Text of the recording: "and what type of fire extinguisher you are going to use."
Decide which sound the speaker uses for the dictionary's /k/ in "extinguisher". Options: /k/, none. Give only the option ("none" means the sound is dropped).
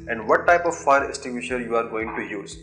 none